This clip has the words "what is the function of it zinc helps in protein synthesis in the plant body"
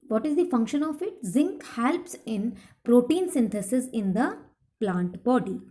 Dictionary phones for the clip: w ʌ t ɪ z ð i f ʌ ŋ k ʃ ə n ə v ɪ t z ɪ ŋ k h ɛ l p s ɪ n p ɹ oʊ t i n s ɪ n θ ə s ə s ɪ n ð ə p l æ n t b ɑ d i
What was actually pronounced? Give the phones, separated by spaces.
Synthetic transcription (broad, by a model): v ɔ t ɪ z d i f ʌ ŋ k ʃ ə n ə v ɪ t z ɪ ŋ k h ɛ l p s ɪ n p ɹ oʊ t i n s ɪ n t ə s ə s ɪ n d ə p l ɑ n t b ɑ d i